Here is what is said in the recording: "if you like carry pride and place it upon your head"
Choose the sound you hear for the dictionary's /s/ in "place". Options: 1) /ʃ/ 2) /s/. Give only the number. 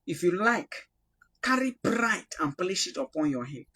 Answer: 1